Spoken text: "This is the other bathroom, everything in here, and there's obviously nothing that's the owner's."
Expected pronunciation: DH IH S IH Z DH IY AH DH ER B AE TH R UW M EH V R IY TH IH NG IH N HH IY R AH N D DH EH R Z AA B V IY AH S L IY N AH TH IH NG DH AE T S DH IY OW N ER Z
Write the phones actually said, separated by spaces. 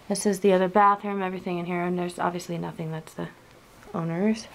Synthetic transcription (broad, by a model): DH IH S IH Z DH IY AH DH ER B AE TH AH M EH V R IY TH IH NG IH N HH IY R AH N DH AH R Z AA B V IY AH S L IY N AH TH IH NG DH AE T S DH IY OW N ER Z